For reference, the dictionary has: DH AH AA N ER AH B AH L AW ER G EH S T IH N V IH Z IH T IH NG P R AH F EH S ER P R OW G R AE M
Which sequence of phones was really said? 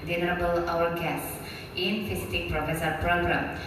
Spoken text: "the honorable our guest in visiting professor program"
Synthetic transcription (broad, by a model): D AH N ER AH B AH L AW ER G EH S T IH N F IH S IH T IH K P R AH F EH S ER P R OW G R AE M